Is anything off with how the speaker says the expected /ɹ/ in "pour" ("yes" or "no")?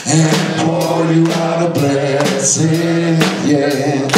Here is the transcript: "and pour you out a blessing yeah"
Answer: yes